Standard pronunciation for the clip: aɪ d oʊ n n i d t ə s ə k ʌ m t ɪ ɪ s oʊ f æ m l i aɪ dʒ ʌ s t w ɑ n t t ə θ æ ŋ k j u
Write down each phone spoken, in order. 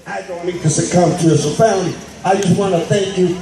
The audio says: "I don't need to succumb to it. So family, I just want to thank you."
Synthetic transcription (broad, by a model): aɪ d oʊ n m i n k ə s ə k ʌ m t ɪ ɪ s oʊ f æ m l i aɪ dʒ ʌ s t w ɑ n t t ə θ æ ŋ k j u